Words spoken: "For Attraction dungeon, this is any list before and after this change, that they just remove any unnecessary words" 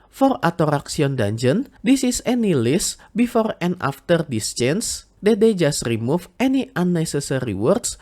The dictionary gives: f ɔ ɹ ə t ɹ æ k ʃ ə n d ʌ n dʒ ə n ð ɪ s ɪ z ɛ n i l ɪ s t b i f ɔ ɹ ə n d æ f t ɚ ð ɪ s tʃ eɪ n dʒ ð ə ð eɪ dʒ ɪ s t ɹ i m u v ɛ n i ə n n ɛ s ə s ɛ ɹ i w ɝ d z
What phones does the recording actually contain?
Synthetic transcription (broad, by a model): f ɔ ɹ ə t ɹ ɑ k s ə n d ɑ n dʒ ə n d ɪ s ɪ s ɛ n i l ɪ s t b i f ɔ ɹ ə n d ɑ f t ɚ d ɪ s tʃ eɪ n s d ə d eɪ dʒ ɪ s t ɹ i m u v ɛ n i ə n n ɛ s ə s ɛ ɹ i w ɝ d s